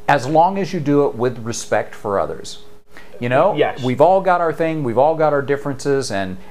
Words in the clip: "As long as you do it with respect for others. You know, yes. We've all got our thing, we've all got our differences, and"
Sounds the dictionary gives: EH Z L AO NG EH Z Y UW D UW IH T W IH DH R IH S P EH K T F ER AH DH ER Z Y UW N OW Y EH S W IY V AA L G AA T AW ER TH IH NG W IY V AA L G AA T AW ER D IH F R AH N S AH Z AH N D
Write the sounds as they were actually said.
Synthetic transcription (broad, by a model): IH Z L AO NG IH Z Y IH D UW IH T W IH DH R IH S P EH K T F ER AH DH ER Z Y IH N OW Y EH W IY V AA L G AA T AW ER TH IH NG W IY V AA L G AA T AW ER D IH F R AH N S AH Z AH N